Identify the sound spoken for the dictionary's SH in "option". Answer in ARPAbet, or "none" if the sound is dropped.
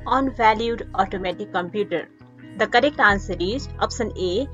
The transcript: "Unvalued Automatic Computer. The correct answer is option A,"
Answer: S